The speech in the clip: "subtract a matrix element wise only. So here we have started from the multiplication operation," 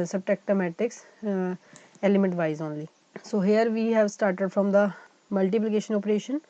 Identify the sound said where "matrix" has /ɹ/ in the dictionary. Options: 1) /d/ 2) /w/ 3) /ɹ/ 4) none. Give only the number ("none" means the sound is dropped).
4